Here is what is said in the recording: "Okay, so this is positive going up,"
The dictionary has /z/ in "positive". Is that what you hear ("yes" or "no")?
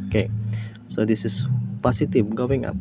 no